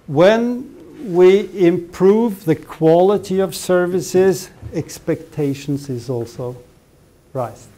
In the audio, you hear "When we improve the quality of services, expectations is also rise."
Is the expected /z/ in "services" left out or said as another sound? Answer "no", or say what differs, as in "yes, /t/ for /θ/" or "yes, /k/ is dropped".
no